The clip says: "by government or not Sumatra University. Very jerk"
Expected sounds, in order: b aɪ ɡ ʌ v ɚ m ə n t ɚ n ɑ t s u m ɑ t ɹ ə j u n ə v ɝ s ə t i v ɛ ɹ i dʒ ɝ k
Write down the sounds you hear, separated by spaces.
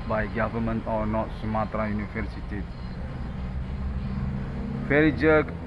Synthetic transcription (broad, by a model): b aɪ ɡ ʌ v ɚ m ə n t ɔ n ɑ t s u m ɑ t ɹ ə j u n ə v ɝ s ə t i f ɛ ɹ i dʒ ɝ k